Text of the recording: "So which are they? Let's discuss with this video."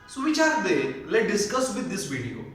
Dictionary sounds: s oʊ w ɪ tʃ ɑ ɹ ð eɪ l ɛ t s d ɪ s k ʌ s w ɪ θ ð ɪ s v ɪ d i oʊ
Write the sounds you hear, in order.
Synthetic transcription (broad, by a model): s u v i tʃ ɑ ɹ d eɪ l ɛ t d ɪ s k ʌ s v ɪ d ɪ s v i d i oʊ